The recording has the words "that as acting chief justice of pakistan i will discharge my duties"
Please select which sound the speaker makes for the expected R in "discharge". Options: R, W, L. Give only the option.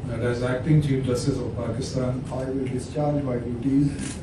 R